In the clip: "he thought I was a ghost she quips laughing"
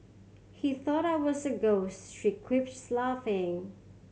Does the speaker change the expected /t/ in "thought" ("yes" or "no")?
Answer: no